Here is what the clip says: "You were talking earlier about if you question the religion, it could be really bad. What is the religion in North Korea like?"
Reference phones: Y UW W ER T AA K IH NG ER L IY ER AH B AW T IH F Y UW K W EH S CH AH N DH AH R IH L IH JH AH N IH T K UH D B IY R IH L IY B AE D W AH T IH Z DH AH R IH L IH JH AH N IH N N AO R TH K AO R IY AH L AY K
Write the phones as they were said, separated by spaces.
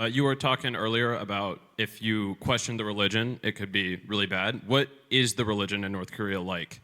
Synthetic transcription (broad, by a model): Y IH W ER T AA K IH NG ER L IY ER AH B AW T IH F Y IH K W EH S CH AH N DH AH R IH L IH JH AH N IH T K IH D B IY R IH L IY B AE D W AH T IH Z DH AH R IH L IH JH AH N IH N N AO R TH K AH R IY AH L AY K